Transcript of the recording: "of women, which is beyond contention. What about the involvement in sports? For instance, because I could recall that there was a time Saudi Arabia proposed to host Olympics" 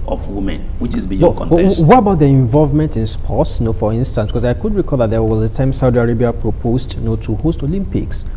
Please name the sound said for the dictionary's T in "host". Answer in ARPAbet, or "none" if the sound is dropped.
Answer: T